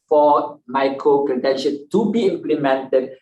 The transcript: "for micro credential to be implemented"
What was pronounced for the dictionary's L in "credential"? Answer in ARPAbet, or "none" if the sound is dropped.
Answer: N